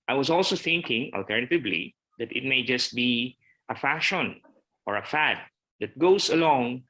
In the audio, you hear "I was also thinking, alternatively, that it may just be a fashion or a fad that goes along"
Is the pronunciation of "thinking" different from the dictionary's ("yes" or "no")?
no